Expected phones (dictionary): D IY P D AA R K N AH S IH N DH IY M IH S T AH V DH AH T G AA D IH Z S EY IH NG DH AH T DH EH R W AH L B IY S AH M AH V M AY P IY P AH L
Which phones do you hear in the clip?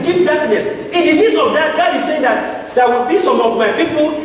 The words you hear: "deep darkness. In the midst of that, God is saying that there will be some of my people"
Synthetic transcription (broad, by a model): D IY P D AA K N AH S IH N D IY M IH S AH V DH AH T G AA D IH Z S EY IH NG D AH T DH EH W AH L B IY S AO M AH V M AY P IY P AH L